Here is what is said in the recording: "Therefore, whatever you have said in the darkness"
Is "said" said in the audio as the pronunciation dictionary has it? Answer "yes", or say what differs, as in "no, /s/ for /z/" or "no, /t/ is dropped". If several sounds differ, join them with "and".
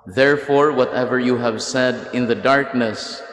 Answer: yes